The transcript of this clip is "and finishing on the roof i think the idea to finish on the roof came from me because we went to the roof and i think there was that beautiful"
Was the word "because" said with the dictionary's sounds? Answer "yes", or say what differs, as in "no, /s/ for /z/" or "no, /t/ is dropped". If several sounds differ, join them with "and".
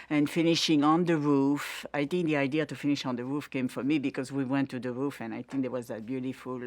yes